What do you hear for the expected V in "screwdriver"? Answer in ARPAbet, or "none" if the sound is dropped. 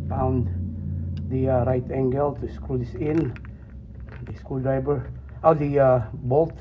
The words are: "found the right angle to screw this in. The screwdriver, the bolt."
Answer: B